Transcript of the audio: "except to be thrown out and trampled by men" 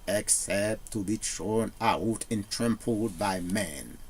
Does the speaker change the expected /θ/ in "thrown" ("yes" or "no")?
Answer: yes